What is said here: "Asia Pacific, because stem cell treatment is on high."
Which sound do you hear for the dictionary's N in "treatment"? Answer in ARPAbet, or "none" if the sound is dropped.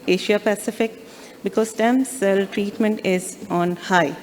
N